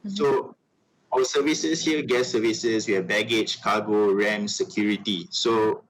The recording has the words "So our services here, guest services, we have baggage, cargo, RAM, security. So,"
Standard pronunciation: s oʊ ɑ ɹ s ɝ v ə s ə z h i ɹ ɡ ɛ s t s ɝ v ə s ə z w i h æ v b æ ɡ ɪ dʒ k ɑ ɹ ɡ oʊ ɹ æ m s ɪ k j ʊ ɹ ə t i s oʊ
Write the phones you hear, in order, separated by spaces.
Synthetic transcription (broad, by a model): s oʊ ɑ s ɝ v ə s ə s h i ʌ ɡ ɛ t s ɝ v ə s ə s w i b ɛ ɡ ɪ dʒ k ɑ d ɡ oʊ ɹ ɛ m s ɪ k j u ɹ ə t i s oʊ